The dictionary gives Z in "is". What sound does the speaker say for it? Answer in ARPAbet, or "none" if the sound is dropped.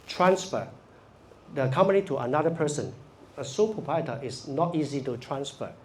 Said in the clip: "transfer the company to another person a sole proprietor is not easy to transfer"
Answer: S